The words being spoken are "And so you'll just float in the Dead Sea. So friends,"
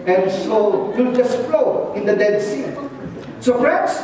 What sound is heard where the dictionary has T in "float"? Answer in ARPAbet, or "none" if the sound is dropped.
none